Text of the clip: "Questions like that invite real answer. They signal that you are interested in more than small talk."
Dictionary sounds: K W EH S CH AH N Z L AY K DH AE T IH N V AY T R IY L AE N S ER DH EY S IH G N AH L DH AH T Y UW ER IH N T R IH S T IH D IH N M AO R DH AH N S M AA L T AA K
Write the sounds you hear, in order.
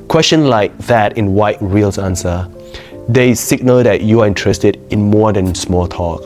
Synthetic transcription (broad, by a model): K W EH S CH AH N L AY K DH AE T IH N W AY T R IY L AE N S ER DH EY S IH G N AH L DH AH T Y UW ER IH N T R IH S T IH D IH N M AO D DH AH N S M AA L T AA K